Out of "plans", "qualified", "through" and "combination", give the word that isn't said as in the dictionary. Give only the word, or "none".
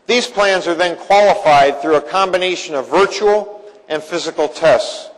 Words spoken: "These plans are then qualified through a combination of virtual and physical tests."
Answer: none